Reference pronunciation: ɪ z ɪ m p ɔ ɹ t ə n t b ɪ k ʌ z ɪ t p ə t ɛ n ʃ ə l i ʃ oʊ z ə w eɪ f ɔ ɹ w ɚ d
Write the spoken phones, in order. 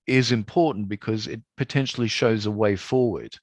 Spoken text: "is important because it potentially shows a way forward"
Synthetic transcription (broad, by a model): ɪ z ɪ m p ɔ ɹ t n b ɪ k ʌ z ɪ t p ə t ɛ n ʃ l i ʃ oʊ z ə w eɪ f ɔ ɹ w ɚ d